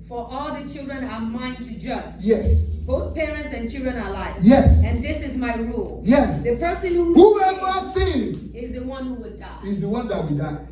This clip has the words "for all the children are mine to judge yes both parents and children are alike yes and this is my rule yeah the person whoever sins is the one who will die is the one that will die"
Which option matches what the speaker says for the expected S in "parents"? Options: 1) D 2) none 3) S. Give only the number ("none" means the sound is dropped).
3